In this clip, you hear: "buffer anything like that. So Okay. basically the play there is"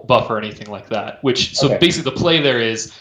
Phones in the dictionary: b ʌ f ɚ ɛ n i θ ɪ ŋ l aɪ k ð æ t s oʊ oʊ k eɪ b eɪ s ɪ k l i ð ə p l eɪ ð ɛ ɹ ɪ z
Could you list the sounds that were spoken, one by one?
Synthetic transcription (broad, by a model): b ʌ f ɚ ɛ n i θ ɪ ŋ l aɪ k ð æ t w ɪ oʊ ʊ b eɪ s ɪ k l i ð ə p l eɪ ð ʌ ɹ ɪ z